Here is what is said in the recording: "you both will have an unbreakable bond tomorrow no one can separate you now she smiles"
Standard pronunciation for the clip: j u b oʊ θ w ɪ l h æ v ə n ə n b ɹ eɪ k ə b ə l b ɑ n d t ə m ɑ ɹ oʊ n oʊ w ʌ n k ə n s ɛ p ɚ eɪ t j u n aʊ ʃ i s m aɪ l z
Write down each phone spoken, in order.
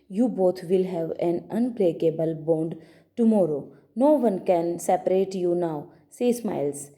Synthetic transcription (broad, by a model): j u b oʊ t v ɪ l h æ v ə n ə n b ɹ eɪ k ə b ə l b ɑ n d t ə m ɑ ɹ oʊ n oʊ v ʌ n k ə n s ɛ p ɚ eɪ t j u n aʊ s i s m aɪ l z